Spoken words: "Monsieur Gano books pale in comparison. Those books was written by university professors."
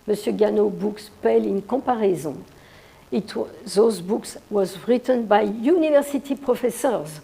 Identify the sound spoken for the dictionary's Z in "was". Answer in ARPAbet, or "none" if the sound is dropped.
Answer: Z